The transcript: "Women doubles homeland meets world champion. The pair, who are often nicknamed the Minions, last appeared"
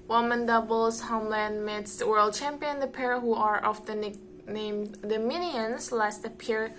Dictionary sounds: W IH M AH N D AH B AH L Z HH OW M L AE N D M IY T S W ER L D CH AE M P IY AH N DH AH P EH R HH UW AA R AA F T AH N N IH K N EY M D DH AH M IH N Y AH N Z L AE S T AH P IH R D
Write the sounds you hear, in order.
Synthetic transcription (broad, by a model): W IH M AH N D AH B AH L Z HH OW M L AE N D M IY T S W ER L D CH AE M P IY AH N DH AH P EH R HH UW AA R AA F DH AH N N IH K N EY M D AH M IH N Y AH N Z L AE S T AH P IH R